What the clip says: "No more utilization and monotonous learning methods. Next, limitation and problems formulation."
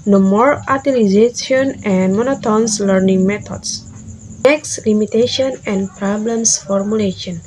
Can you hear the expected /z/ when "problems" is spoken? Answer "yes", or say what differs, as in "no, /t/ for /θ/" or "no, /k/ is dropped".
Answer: no, /s/ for /z/